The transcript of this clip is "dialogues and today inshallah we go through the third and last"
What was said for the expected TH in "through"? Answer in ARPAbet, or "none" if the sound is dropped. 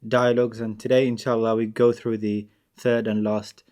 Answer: TH